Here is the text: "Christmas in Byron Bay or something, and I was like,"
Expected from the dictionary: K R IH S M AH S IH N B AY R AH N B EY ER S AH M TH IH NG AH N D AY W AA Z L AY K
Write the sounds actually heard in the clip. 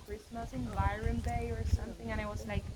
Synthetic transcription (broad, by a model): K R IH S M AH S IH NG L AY R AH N B EY ER S AH M TH IH NG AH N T W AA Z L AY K